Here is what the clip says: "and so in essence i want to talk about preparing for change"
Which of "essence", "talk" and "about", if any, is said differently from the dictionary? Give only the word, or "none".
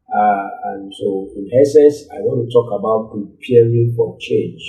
essence